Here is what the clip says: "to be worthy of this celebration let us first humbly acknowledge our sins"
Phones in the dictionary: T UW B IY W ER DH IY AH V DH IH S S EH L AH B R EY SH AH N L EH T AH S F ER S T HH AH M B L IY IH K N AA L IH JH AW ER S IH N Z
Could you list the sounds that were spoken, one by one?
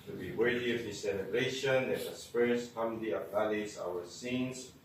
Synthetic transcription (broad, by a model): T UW B IY W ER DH IY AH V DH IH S S EH L AH B R EY SH AH N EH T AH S P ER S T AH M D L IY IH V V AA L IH Z AW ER S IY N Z